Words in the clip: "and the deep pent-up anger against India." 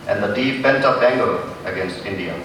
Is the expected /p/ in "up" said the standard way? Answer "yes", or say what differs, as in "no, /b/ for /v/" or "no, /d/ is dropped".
no, /b/ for /p/